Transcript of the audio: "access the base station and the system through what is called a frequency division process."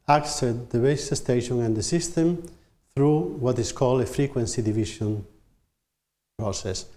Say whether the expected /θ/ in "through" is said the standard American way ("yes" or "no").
yes